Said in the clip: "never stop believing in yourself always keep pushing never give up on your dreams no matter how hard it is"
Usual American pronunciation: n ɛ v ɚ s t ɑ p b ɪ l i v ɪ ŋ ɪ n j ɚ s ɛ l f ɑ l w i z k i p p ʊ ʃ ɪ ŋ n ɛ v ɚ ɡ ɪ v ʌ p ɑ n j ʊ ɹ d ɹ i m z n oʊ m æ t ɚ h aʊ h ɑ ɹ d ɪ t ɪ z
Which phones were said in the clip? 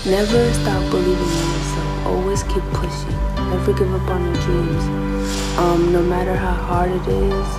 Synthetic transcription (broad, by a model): n ɛ v ɚ s t ɑ p b ɪ l i v ɪ ŋ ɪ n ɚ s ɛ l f ɑ l w i z k i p p ʊ ʃ ɪ ŋ n ɛ v ɚ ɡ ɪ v ʌ p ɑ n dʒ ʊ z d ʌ m n oʊ m æ t ɚ h aʊ h ɑ ɹ d ɪ t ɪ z